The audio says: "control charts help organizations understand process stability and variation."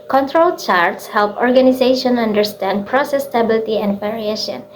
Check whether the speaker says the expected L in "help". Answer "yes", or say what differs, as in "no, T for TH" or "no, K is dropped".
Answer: yes